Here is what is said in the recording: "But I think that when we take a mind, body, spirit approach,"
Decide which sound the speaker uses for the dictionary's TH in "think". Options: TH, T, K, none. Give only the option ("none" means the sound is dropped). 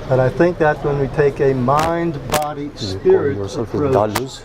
TH